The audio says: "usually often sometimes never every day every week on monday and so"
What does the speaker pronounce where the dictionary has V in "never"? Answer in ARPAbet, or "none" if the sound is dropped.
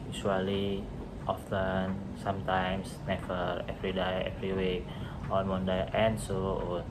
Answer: F